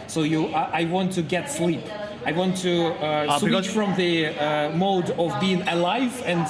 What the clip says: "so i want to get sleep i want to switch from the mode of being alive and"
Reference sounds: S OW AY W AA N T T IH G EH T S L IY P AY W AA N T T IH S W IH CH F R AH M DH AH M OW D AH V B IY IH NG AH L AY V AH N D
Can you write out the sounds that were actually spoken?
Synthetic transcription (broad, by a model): S OW AY W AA N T T IH G EH T S L IY P AY W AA N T T IH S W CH F R AH M DH AH M OW D AH V B IY IH NG AH L AY V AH N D